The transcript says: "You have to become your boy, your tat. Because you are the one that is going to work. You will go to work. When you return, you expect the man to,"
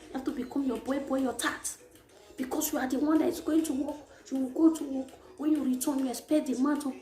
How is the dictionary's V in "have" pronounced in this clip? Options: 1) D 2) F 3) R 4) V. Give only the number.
2